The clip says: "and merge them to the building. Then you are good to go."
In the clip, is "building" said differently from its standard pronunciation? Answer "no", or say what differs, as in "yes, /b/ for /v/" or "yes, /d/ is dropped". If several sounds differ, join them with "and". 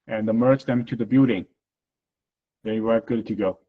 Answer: yes, /l/ is dropped